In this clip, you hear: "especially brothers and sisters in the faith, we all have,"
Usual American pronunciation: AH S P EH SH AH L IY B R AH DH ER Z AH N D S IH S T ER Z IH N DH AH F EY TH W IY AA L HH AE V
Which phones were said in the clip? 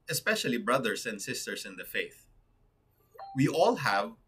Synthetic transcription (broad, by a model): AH S P EH SH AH L IY B R AH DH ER S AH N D S IH S T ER S IH N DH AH F EY TH W IY AA L HH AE V